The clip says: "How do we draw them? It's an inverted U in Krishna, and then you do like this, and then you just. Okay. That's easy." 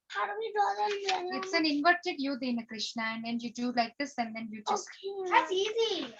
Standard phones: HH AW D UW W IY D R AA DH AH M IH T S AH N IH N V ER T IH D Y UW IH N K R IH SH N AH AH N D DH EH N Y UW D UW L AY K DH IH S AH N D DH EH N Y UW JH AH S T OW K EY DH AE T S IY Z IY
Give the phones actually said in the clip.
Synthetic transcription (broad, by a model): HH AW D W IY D L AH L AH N IH T S AH N IH N V ER T IH D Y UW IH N K R IH SH N AH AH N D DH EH N Y UW D UW L AY K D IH S AH N D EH N Y UW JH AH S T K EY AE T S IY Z IY